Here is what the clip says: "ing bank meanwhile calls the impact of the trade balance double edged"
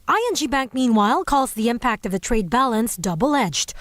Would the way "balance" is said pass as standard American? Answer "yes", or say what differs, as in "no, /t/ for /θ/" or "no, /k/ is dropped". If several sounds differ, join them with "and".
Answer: yes